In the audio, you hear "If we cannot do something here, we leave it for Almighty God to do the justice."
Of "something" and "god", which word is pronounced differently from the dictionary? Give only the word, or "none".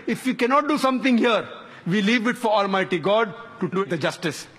something